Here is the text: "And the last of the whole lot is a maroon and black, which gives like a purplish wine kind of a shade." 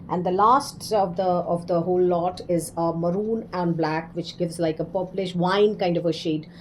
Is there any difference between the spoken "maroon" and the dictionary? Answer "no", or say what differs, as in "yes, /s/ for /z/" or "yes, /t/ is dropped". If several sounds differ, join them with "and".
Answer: no